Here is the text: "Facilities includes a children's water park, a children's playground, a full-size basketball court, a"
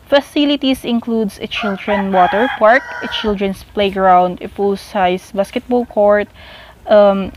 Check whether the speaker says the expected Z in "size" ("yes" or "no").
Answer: no